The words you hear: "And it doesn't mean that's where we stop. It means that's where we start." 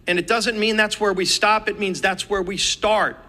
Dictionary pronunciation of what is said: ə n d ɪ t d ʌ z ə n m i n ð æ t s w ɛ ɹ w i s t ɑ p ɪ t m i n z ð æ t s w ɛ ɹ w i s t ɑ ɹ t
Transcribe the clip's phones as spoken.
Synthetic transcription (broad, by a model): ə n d ɪ t d ʌ z ə n m i n ð æ t s w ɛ ɹ w i s t ɑ p ɪ t m i n z ð æ t s w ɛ ɹ w i s t ɑ ɹ t